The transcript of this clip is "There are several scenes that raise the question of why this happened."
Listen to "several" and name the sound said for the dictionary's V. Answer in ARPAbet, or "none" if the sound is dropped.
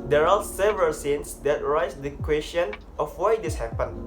V